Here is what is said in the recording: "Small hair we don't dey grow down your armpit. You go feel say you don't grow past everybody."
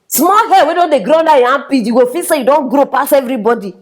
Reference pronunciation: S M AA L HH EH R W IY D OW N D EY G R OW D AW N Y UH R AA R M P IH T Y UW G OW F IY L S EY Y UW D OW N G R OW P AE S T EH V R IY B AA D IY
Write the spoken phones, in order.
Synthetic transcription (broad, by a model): S M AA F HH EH W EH D OW N D EY G R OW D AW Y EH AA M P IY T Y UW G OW F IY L S EY Y UW D OW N G R OW P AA S EH V R IY B AA D IY